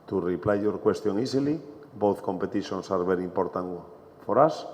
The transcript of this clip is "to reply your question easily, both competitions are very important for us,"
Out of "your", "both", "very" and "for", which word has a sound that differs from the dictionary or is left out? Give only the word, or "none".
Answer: very